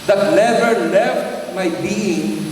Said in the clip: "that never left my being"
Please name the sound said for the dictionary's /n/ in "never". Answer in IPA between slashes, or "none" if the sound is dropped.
/l/